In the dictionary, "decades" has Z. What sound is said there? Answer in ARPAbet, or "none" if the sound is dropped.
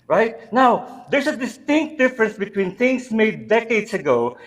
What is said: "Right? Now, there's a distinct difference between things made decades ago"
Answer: S